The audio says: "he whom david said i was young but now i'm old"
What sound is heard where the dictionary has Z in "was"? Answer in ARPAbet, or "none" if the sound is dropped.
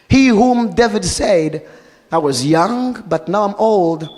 Z